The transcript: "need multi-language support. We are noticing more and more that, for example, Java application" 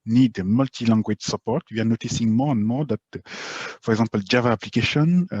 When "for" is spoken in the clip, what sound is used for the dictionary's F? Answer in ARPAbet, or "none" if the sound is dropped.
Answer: P